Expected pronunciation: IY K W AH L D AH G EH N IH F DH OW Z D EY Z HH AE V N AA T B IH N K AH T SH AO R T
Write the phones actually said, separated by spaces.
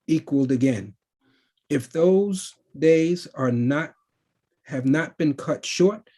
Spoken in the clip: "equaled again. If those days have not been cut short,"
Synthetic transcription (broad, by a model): IY K W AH L D AH G EH N IH F DH OW Z D EY Z HH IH V N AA T B IH N K AH T SH AO R T